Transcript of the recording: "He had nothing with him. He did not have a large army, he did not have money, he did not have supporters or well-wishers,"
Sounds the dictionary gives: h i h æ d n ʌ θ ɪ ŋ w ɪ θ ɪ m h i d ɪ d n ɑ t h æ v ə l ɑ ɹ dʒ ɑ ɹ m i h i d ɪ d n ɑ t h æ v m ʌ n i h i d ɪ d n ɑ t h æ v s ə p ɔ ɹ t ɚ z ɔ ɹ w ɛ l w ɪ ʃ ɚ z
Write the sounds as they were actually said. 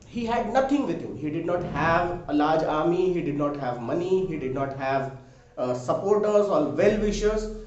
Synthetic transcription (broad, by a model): h i h æ d n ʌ t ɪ ŋ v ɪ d ɪ m h i d ɪ d n ɑ t h æ v ə l ɑ ɹ dʒ ɑ ɹ m i h i d ɪ d n ɑ t h æ v m ʌ n i h i d ɪ d n ɑ t h æ v s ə p ɔ ɹ t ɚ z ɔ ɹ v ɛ l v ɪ ʃ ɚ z